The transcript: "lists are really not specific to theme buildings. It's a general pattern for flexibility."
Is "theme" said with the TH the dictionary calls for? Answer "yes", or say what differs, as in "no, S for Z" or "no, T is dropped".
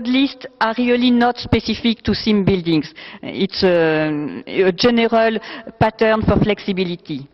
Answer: no, S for TH